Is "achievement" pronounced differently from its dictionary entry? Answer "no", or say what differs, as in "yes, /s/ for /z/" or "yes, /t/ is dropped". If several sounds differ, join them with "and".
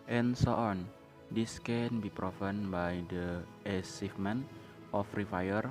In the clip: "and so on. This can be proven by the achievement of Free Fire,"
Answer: yes, /s/ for /tʃ/